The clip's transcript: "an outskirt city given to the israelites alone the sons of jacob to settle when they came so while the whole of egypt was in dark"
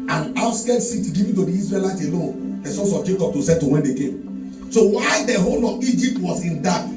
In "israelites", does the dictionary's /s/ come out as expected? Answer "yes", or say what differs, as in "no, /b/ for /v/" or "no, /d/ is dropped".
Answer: no, /s/ is dropped